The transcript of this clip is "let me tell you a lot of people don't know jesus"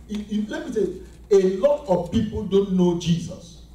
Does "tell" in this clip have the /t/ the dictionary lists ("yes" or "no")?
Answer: no